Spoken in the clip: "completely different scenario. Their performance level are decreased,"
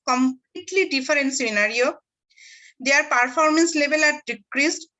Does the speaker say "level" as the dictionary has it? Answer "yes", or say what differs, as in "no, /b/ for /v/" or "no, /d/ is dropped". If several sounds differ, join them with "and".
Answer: no, /b/ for /v/